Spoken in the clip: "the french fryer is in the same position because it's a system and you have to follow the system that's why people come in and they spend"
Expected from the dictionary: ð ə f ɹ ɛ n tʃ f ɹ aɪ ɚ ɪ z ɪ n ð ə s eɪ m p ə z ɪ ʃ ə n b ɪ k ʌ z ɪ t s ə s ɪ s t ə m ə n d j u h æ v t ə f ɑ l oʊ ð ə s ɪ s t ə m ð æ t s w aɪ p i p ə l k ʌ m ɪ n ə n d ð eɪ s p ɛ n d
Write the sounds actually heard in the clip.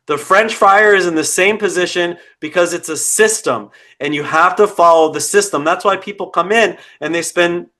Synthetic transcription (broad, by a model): ð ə f ɹ ɛ n tʃ f aɪ ɚ ɪ z ɪ n ð ə s eɪ m p ə z ɪ ʃ ə n b ɪ k ʌ z ɪ t s ə s ɪ s t ə m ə n j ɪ h æ f t ə f ɑ l oʊ ð ə s ɪ s t ə m ð æ t s w aɪ p i p l k ʌ m ɪ n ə n ð eɪ s p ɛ n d